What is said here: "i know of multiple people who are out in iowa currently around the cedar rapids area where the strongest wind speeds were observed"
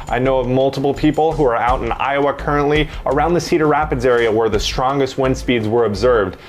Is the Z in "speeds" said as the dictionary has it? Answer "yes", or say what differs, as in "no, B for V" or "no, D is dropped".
yes